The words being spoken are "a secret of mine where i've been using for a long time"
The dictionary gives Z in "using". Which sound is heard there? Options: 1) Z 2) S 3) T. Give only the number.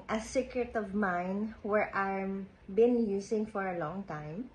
2